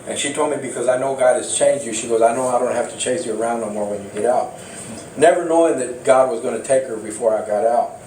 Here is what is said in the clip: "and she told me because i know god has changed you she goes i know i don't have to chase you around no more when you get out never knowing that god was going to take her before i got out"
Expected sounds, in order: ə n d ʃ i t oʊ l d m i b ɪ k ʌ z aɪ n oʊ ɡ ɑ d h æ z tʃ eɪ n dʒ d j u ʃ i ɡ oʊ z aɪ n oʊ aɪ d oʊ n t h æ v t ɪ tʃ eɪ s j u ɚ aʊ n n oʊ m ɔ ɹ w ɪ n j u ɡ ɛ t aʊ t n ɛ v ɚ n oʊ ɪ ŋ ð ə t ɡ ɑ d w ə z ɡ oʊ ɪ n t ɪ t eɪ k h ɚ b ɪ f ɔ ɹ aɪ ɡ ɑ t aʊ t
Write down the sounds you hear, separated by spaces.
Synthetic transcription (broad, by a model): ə n ʃ i t oʊ l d m i b ɪ k ʌ z aɪ n oʊ ɡ ɑ d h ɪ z tʃ eɪ n dʒ j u ʃ i ɡ oʊ z aɪ n oʊ aɪ d oʊ n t h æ f t ɪ tʃ eɪ s j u ɚ aʊ n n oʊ m ɔ ɹ w ɪ n j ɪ ɡ ɛ t aʊ t n ɛ v ɚ n oʊ ɪ ŋ ð ə t ɡ ɑ d w ə z ɡ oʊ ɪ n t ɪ t eɪ k h ɚ b ɪ f ɔ ɹ aɪ ɡ ɑ t aʊ t